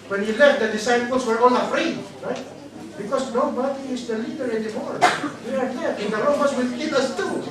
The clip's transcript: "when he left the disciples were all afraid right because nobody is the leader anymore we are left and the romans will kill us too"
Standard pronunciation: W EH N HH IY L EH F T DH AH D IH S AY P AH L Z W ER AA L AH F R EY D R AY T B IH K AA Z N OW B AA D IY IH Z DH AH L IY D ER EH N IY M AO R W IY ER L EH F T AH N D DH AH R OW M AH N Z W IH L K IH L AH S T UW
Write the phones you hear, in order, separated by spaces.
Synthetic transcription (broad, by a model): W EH N HH IY L EH F T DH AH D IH S AY P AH L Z W ER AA N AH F R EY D R AY T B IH K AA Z N OW B AA D IY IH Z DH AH L IY D ER EH N IY M AO R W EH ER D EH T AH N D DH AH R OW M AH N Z W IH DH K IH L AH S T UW